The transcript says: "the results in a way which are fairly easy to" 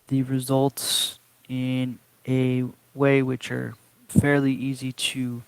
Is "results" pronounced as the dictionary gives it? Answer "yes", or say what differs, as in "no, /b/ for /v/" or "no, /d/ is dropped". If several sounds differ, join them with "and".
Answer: yes